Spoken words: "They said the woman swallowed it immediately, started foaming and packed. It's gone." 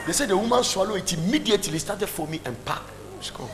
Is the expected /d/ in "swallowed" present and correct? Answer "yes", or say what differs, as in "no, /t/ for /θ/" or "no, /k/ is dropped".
no, /d/ is dropped